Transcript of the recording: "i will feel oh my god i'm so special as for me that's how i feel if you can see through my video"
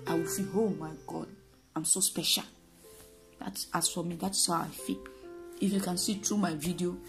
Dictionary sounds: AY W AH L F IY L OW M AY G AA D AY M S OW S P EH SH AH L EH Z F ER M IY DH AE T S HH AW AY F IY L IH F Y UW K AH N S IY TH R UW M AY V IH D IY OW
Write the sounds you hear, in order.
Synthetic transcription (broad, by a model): AY W AH L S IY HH OW M AY G AA D AY M S OW S P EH SH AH L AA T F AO M IY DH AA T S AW AY F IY IH F Y UW K AH N S IY T R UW M AY V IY D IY OW